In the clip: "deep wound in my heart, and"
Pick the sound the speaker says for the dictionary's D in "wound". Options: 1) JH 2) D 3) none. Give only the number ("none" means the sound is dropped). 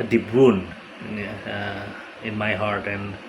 3